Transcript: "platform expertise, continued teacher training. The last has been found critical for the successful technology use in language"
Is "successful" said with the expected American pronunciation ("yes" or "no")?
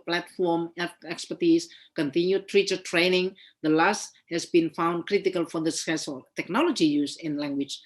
no